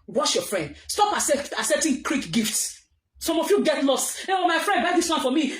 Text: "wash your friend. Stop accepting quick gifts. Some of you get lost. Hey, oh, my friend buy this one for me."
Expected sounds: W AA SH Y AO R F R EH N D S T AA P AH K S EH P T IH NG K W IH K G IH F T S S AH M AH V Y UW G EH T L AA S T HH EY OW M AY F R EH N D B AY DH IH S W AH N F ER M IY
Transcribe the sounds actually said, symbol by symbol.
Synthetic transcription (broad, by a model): W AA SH Y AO F R EH N D S T AA P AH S S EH T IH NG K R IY K G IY F T S S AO M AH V Y UW G EH T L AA S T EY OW M AY F R EH N D B AY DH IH S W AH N F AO M IY